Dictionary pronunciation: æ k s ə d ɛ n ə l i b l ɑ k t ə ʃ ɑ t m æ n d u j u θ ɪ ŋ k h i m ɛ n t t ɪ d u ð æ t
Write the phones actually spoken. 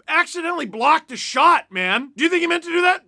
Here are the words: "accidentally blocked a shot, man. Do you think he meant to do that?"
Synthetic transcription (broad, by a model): æ k s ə d ɛ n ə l i b l ɑ k t ə ʃ ɑ t m æ n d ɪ j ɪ θ ɪ ŋ k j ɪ m ɛ n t t ɪ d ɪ ð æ t